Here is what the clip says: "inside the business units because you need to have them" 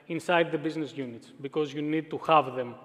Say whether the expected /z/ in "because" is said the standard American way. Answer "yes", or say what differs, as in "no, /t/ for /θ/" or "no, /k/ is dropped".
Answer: yes